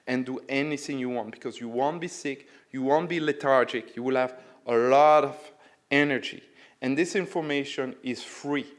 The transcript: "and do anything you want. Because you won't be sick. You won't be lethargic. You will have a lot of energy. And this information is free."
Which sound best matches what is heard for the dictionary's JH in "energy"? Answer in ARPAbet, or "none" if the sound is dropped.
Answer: JH